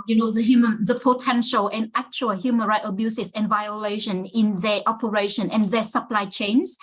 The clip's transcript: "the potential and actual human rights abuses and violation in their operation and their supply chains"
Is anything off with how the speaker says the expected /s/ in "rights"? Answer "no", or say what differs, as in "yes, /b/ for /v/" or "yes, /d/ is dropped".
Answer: yes, /s/ is dropped